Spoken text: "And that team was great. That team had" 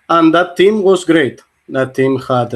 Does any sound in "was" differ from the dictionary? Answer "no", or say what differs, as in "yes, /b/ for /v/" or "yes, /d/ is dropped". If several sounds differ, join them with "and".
yes, /s/ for /z/